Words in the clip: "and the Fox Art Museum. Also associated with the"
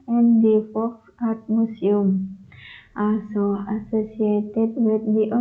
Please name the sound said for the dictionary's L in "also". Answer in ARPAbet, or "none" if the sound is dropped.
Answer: none